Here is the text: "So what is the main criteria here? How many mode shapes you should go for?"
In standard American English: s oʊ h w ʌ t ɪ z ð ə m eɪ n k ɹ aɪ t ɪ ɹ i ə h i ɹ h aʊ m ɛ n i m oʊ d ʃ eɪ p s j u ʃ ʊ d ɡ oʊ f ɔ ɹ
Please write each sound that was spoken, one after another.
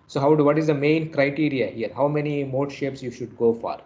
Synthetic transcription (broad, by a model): s oʊ h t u t ɪ z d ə m eɪ n k ɹ aɪ t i ɹ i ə h i ɹ h aʊ m ɛ n i m oʊ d ʃ eɪ p s j u ʃ ʊ d ɡ oʊ f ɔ ɹ